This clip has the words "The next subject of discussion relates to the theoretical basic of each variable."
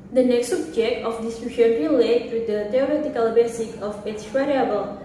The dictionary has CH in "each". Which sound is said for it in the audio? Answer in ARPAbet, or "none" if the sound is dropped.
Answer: S